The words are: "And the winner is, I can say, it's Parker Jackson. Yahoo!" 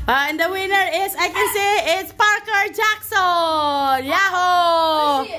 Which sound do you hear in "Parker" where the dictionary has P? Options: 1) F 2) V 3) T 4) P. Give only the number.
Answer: 4